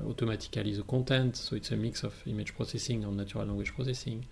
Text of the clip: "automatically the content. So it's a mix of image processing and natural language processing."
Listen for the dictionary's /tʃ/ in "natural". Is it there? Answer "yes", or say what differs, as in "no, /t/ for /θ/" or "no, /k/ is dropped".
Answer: no, /tʃ/ is dropped